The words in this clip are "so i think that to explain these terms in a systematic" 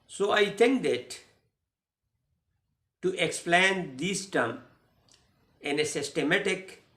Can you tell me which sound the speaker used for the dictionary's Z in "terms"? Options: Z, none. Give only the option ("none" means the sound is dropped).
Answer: none